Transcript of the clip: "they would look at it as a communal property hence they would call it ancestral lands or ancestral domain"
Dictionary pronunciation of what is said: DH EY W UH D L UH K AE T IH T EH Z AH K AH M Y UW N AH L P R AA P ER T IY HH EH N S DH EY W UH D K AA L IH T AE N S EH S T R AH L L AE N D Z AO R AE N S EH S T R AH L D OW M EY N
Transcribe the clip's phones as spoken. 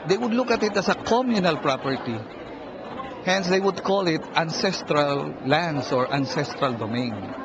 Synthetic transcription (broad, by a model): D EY W UH D L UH K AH T IH T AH S AH K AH M Y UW N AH L P R AA P ER T IY HH EH N S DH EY W UH D K AA L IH T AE N S EH S T R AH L L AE N D S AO R AE N S EH S T R AH L D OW M EY N